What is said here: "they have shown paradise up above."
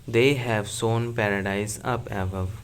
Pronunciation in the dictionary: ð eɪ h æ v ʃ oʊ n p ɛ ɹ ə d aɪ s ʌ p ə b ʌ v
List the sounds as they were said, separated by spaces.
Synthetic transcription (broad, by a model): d eɪ h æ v s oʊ n p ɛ ɹ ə d aɪ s ʌ p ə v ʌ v